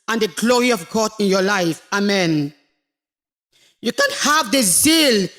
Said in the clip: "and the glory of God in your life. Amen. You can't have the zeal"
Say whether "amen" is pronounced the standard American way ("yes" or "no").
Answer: yes